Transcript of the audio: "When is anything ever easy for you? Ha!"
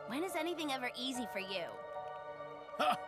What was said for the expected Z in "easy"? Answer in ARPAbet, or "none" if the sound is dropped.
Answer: Z